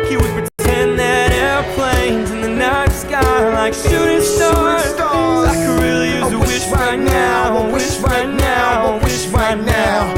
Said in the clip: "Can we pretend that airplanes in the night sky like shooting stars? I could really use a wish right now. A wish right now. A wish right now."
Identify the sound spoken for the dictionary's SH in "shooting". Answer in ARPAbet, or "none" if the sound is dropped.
S